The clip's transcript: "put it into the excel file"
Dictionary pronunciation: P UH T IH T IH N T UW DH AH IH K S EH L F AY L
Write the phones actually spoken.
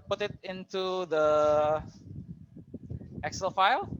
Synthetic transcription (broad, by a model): P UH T IH T IH N T UW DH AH IH K S EH L F AY L